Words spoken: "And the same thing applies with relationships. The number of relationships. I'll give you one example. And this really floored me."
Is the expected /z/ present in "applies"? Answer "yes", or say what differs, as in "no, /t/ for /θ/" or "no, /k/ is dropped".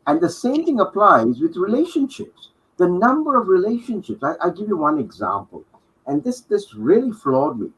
yes